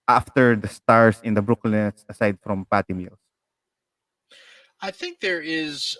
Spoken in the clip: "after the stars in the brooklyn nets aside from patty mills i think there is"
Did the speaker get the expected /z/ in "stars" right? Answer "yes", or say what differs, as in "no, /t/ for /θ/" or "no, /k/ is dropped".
no, /s/ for /z/